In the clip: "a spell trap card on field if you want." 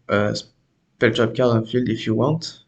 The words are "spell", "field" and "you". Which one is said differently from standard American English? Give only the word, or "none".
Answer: none